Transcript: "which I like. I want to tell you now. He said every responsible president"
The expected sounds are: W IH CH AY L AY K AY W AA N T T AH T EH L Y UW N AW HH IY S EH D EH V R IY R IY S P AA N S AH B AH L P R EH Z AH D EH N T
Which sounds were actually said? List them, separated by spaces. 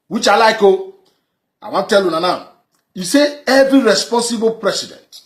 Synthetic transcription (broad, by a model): W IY CH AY L AY K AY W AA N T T T EH L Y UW N AW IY S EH EH V R IY R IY S P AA N S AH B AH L P R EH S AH D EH N T